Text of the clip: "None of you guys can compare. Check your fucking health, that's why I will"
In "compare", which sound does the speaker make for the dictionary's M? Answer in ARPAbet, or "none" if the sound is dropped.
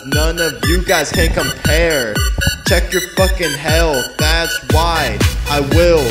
M